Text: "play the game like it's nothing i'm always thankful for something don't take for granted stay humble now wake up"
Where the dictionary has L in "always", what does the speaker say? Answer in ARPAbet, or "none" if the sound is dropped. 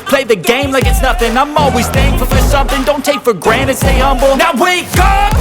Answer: L